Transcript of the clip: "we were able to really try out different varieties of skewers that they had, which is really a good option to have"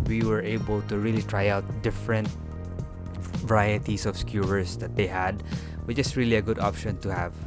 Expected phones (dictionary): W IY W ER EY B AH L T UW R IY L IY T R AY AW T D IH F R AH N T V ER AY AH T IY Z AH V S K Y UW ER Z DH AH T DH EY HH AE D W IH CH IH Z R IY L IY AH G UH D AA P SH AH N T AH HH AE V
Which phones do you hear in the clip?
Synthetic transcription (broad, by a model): W IY W ER EY B AH L T UW R IY L IY T R AY AW T D IH F R AH N T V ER AY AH T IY S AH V S K Y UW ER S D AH T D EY HH AE D W IH CH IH S R IY L IY AH G UH D AA P SH AH N T AH HH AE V